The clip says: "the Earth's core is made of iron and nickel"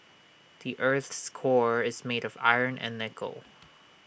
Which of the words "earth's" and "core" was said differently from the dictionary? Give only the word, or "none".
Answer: none